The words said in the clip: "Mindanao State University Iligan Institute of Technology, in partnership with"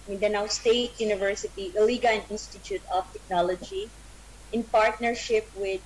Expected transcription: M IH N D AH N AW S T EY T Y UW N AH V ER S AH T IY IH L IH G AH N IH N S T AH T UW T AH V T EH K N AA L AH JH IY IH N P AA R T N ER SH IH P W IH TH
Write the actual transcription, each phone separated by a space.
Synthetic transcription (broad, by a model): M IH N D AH N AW S T EY T Y UW N AH V ER S AH T IY IH L IH G AH N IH N S T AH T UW T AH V T EH K N AA L AH JH IY IH N P AA R T N ER SH IH P W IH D